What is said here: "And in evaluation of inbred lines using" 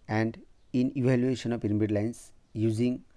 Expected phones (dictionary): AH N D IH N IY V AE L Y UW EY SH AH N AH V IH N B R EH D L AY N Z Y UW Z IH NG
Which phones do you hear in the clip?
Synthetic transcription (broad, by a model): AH N D IH N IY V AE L Y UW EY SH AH N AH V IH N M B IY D L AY N S Y UW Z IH NG